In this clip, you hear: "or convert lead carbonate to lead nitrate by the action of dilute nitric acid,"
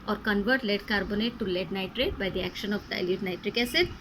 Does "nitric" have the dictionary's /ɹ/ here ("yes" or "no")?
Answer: yes